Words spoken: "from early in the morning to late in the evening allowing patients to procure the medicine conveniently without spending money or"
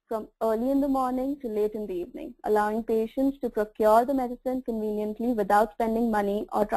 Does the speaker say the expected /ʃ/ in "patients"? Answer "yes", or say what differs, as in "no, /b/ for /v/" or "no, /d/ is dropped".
yes